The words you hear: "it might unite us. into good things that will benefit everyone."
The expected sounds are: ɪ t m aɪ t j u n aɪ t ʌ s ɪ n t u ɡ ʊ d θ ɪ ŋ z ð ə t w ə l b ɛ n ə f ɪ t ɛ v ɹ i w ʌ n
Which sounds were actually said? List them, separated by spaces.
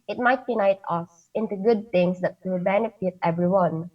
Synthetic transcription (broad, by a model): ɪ t m aɪ t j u n aɪ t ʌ s ɪ n t u ɡ ʊ d t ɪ ŋ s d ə t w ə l b ɛ n ə f ɪ t ɛ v ɹ i w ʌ n